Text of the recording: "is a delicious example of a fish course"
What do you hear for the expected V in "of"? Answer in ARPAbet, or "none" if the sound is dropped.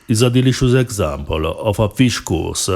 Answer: F